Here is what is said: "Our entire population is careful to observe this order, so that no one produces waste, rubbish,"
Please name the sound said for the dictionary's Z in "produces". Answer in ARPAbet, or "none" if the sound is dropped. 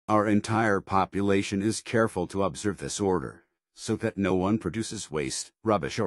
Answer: Z